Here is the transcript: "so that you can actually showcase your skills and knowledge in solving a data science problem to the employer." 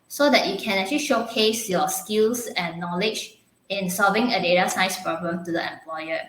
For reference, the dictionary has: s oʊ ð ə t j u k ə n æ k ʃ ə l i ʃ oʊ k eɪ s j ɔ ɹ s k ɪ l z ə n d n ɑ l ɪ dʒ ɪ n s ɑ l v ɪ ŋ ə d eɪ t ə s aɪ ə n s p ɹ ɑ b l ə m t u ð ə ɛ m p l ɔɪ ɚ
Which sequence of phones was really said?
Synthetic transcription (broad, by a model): s oʊ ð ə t j u k ə n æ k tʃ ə l i ʃ oʊ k eɪ s j ɔ s k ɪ l s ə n n ɑ l ɪ dʒ ɪ n s ɑ l v ɪ ŋ ə d eɪ t ə s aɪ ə s p ɹ ɑ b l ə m t u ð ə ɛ m p l ɔɪ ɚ